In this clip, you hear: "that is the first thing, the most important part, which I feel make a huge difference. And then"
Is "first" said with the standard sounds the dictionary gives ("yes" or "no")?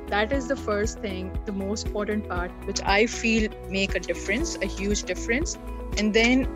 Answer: yes